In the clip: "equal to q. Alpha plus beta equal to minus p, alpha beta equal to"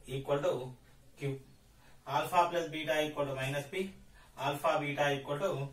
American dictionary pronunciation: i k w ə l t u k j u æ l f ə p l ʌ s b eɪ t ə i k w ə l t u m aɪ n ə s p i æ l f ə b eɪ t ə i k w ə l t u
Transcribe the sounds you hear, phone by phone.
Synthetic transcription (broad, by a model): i k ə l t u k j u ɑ l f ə p l ʌ s b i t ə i k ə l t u m aɪ n ə s p i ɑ l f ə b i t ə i k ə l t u